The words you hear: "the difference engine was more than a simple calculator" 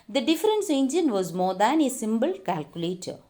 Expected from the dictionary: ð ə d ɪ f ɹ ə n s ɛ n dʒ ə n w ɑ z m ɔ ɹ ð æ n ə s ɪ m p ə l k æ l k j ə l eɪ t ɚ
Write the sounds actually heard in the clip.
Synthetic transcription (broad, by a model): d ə d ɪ f ɹ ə n s ɛ n dʒ ə n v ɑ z m ɔ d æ n ə s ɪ m b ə l k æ l k j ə l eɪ t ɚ